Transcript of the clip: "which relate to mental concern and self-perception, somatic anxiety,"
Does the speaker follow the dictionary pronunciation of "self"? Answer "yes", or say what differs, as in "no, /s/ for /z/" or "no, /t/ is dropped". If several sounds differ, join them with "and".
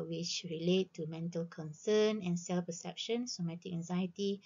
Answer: yes